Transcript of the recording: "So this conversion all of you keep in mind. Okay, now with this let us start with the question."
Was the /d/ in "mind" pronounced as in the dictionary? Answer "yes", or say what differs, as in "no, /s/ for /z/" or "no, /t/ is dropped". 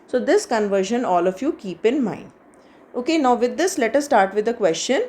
no, /d/ is dropped